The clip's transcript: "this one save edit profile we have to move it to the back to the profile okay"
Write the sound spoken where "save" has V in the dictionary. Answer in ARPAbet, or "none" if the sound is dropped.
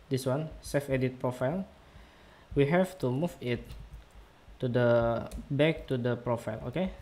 F